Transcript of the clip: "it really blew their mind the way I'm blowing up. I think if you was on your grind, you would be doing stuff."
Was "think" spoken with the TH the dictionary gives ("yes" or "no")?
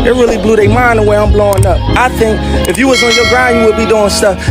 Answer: yes